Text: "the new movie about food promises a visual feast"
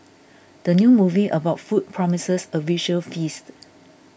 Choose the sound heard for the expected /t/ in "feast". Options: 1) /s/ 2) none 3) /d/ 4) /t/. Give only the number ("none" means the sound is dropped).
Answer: 4